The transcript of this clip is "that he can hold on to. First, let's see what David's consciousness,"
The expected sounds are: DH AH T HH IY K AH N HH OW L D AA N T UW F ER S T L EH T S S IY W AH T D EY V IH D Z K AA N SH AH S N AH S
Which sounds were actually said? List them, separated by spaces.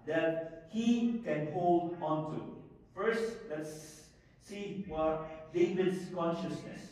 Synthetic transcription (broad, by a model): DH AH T HH IY K AH N HH OW L D AA N T UW F ER S T L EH T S S IY W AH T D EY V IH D S K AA N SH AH S N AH S